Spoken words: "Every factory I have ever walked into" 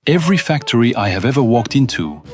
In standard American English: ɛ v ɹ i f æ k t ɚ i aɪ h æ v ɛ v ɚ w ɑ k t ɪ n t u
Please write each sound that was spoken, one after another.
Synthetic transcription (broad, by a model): ɛ v ɹ i f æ k t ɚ i aɪ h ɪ v ɛ v ɚ w ɑ k t ɪ n t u